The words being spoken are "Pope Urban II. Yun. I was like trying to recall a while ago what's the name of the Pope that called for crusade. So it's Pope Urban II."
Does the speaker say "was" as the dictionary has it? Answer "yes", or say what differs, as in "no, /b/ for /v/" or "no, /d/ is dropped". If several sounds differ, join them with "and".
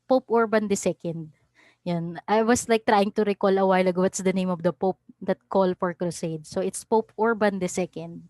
no, /s/ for /z/